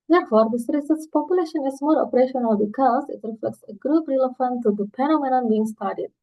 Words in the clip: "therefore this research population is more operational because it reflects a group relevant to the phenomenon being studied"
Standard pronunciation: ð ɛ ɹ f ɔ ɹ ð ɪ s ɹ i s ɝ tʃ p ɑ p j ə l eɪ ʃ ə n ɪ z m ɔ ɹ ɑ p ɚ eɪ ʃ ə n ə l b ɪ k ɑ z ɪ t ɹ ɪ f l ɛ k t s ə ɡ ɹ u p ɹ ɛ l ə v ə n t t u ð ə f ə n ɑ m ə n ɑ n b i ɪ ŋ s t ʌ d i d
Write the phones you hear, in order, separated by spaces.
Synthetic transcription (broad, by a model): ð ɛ ɹ f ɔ ɹ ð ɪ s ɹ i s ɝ s p ɑ p j ə l eɪ ʃ ə n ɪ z m ɔ ɹ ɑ p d eɪ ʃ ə n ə l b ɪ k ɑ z ɪ t ɹ ɪ f l ɛ k t s ə ɡ ɹ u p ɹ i l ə f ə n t t u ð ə p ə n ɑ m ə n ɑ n b i ɪ ŋ s t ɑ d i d